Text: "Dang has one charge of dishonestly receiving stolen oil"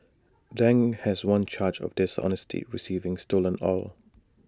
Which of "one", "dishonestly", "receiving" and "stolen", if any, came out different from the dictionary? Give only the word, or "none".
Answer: dishonestly